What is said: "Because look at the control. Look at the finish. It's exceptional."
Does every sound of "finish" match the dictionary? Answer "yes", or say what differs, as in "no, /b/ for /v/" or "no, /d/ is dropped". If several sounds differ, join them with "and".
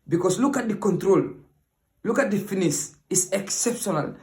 no, /s/ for /ʃ/